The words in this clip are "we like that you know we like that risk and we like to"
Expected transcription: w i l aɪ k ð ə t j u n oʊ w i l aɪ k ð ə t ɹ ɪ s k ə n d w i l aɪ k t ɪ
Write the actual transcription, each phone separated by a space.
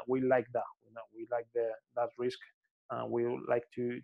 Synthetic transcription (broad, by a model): w i l aɪ k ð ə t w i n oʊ w i l aɪ k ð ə t ɹ ɪ s k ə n w i l aɪ k t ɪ